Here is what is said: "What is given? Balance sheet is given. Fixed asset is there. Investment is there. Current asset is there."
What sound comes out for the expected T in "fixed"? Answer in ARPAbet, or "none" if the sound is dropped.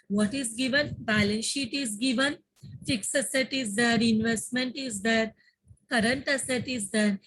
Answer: none